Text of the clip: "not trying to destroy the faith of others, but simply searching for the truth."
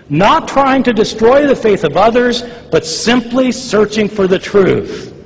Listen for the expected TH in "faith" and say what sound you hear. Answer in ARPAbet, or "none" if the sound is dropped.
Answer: TH